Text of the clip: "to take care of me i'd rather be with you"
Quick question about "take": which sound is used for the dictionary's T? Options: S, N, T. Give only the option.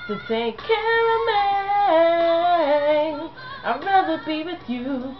S